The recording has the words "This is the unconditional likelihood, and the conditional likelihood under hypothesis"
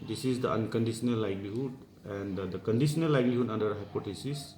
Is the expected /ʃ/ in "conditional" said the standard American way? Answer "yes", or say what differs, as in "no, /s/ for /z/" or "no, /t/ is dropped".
no, /s/ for /ʃ/